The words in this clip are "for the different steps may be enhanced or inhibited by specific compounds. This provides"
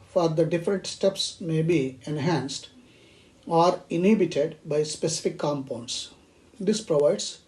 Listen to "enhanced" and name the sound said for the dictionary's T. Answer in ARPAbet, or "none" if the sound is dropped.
T